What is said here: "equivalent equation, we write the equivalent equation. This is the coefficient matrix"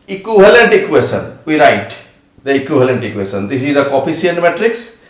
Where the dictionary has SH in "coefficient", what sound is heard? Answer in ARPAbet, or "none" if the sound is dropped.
none